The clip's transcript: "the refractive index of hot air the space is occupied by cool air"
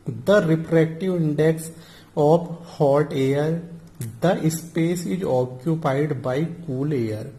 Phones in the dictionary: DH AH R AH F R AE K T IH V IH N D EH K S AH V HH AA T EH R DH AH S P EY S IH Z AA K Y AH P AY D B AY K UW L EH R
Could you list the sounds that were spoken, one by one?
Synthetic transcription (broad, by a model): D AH R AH P R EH K T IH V IH N D EH K S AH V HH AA T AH R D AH S P EY S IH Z AA K Y AH P AY D B AY K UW L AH R